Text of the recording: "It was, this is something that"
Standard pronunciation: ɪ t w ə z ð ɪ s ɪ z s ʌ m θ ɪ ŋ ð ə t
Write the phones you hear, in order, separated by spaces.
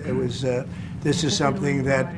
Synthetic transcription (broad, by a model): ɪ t w ə z ð ɪ s ɪ z s ʌ m θ ɪ ŋ ð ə t